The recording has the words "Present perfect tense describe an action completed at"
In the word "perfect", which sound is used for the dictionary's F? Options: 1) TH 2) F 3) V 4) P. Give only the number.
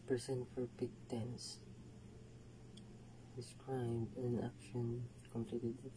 4